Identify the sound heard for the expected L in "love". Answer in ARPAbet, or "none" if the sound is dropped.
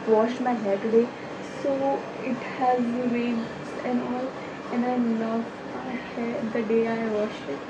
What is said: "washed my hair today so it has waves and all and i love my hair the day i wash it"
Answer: N